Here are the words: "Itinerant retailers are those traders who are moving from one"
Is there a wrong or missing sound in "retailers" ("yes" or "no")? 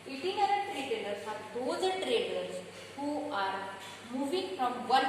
yes